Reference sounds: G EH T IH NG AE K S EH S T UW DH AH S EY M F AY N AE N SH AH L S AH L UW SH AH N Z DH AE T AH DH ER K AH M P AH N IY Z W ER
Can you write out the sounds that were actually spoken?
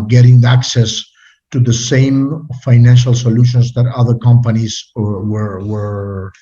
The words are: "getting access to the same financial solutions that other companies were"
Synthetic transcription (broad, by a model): G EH T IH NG AE K S EH S T UW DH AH S EY M F AY N AE N SH AH L S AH L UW SH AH N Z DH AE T AH DH ER K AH M P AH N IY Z W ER